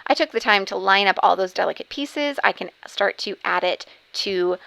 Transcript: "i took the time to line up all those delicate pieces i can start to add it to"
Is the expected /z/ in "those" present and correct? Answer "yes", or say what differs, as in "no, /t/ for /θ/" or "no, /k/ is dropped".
yes